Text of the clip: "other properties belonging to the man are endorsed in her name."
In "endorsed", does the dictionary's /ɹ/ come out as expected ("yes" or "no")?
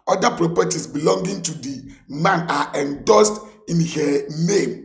no